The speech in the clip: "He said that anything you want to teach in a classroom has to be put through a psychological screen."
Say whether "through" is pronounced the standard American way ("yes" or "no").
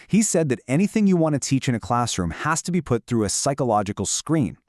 yes